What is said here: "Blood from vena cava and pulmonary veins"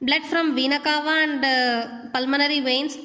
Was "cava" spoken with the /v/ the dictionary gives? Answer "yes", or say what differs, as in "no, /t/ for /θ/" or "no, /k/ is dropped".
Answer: yes